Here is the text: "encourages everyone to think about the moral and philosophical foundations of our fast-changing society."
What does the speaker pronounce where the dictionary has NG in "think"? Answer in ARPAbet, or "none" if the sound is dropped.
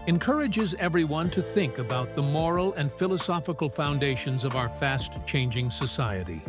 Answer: NG